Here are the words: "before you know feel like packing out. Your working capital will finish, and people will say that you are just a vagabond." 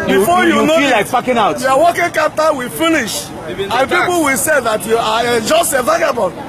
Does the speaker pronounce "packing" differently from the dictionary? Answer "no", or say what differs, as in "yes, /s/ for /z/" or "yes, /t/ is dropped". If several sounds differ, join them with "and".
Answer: yes, /f/ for /p/